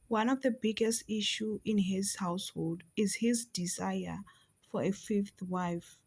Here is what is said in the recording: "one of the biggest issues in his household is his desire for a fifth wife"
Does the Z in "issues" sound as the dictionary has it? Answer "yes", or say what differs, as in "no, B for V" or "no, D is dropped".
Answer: no, Z is dropped